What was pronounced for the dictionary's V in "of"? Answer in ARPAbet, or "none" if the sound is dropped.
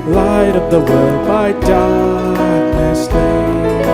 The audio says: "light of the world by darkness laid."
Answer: V